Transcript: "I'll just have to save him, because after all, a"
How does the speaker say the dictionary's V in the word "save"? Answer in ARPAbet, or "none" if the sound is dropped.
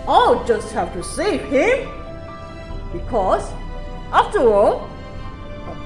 none